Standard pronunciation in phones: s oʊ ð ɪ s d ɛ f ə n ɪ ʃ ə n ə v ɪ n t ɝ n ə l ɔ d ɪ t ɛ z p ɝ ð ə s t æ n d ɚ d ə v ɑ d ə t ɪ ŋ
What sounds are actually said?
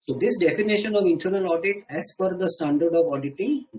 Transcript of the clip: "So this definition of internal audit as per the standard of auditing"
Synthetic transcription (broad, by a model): s oʊ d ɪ s d ɛ f ə n ɪ ʃ ə n ə v ɪ n t ɝ n ə l ɔ d ɪ t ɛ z f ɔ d ə s t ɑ n d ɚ d ə v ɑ d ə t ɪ